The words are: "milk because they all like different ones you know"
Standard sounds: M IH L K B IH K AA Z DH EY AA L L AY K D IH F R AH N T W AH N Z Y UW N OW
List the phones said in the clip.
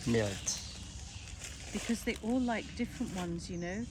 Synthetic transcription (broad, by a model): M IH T B IH K AA Z DH EY AA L L AY K D IH F R AH N T W AH N Z Y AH N OW